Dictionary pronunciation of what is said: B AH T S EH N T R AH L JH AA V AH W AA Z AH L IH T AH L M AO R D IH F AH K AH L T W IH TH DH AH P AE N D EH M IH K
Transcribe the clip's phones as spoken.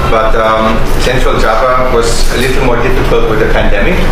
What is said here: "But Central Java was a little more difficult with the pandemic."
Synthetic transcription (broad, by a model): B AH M S EH N T R AH L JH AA P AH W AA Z AH L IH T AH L M AO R D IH F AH K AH L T W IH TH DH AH P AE N D EH M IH K